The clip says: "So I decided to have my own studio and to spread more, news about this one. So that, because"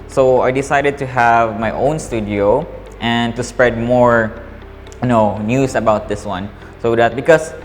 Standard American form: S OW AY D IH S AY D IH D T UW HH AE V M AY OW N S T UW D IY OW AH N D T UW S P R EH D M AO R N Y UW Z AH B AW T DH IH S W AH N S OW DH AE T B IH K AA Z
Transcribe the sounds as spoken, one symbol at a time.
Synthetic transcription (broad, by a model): S OW AY D IH S AY D IH D T UW HH AE V M AY OW N S T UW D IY OW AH N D T UW S P R EH D M AO R N Y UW S AH B AW T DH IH S W AH N S OW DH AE T B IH K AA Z